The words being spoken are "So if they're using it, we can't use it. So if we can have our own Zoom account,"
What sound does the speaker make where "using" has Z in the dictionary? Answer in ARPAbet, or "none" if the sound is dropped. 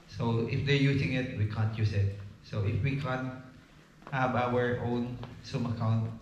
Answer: S